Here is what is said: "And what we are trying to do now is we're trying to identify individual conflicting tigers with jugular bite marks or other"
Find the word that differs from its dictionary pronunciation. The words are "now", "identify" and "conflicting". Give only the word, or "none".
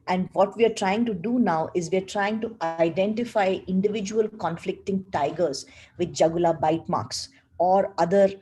none